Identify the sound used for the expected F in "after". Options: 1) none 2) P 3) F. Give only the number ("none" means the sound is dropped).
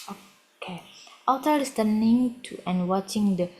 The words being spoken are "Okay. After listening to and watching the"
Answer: 1